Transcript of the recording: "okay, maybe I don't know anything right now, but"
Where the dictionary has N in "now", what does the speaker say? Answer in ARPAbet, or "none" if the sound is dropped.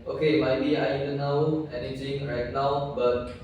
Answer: N